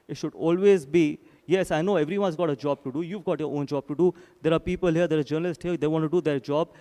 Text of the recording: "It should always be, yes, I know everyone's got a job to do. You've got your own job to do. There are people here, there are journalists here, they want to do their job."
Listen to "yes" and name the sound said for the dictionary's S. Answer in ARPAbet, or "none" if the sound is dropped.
S